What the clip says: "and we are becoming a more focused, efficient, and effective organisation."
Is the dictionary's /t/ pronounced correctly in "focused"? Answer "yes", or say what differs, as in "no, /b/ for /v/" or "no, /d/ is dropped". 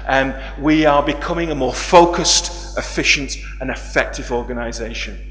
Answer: yes